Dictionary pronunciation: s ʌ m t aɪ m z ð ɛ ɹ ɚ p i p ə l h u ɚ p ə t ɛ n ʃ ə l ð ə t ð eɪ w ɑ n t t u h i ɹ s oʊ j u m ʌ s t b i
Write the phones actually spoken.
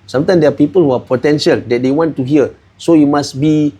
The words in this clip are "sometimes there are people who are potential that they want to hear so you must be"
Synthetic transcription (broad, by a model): s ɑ m t aɪ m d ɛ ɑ p i p ə l h u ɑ p ə t ɛ n ʃ ə l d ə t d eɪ w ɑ n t t u h i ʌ s oʊ j u m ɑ s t b i